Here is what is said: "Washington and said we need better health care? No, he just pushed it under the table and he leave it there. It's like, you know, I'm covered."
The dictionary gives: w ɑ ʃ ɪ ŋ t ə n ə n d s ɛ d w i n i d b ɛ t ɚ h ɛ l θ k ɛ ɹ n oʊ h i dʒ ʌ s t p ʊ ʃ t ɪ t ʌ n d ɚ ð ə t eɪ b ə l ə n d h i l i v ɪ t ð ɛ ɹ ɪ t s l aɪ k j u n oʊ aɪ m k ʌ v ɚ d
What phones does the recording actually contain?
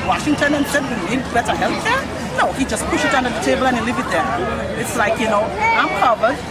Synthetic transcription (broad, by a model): w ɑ ʃ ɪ ŋ t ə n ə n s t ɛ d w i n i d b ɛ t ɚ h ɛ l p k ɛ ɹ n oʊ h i dʒ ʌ s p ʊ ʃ ɪ t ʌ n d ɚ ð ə t eɪ b ə l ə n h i l i v ɪ t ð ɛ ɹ ɪ t s l aɪ k j u n oʊ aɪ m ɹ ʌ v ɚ